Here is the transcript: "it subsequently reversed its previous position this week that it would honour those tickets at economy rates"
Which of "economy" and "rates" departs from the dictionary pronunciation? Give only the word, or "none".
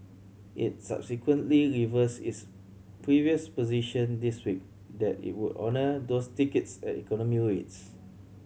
none